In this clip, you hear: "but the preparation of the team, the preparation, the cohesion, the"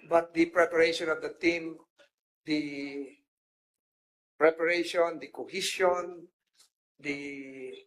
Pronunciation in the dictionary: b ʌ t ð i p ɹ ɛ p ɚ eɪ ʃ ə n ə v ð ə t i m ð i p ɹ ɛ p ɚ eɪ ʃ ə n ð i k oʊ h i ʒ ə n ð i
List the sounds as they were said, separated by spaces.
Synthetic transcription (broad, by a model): b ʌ t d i p ɹ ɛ p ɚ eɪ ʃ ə n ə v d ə t i m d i p ɹ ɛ p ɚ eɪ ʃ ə n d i k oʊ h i s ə n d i